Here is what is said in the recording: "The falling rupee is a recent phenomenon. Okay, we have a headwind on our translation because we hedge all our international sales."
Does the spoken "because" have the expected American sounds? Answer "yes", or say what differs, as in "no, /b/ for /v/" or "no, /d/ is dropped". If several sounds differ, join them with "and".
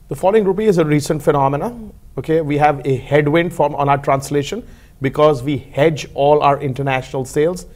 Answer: yes